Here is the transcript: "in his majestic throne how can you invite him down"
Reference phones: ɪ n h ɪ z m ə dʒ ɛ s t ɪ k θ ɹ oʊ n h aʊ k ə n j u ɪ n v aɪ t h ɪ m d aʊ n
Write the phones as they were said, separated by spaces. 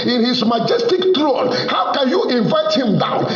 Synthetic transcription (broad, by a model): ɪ n h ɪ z m ə dʒ ɛ s t ɪ k t ɹ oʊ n h aʊ k ə n j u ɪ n v aɪ t h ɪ m d aʊ n